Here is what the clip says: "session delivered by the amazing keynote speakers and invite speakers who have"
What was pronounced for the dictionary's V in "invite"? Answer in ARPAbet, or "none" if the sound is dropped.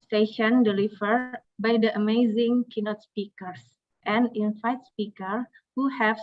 F